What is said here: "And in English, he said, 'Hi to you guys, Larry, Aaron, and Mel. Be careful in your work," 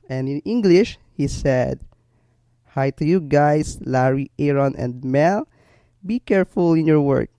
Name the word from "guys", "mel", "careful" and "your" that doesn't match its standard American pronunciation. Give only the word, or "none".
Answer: guys